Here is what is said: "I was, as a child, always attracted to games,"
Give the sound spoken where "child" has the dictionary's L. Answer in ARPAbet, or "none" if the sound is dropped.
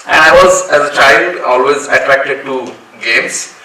L